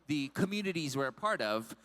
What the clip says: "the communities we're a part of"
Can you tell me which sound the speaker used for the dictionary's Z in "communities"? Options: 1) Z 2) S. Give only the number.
1